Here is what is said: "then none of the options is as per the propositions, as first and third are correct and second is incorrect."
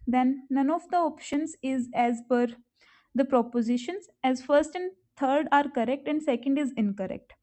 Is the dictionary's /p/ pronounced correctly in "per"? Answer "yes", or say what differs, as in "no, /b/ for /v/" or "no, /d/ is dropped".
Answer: no, /b/ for /p/